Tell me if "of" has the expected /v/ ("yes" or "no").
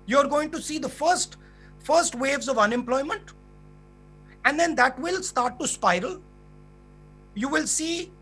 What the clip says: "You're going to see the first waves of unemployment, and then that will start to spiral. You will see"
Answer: yes